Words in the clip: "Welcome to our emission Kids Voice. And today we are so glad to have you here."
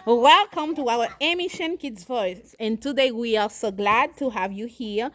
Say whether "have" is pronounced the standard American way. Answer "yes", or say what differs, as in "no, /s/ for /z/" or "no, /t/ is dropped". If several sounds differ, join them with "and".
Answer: yes